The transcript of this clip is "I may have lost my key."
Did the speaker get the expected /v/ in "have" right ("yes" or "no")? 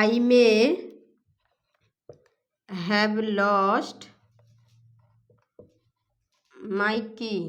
no